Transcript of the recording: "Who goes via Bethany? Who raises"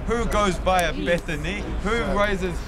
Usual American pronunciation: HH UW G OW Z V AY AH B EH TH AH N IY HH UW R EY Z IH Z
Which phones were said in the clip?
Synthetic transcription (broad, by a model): HH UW G OW Z B AY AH B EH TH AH N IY HH UW R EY Z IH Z